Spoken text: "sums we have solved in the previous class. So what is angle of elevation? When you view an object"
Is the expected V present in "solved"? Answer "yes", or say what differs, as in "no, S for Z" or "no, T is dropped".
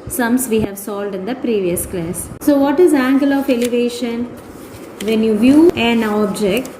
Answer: no, V is dropped